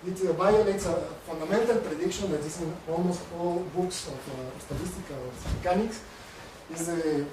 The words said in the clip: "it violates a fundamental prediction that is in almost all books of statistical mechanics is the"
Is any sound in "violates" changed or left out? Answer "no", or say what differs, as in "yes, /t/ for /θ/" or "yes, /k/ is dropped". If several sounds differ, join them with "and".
yes, /b/ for /v/